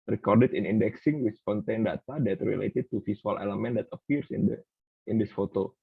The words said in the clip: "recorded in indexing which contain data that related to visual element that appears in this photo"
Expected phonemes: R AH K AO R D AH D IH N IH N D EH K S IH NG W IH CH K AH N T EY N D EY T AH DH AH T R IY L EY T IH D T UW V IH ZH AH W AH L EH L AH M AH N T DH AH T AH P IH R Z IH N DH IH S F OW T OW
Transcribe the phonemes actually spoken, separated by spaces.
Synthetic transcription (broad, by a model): R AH K AO R D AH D IH N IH N D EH K S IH NG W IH S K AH N T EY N D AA T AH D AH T R IY L EY T IH D T UW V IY S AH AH L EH L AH M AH N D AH T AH P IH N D IH N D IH S F OW T OW